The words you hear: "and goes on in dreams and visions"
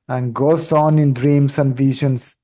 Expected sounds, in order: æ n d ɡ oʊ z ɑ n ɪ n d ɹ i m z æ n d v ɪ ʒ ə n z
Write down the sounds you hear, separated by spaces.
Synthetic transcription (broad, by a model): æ n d ɡ oʊ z ɑ n ɪ n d ɹ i m s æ n d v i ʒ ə n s